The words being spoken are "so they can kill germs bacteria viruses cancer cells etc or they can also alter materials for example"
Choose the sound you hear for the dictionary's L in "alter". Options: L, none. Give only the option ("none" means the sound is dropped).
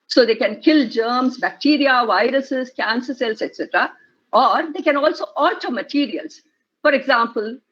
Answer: none